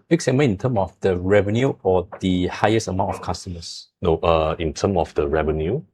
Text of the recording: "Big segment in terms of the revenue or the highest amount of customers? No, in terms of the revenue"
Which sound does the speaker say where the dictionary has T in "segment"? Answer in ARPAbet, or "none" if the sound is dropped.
none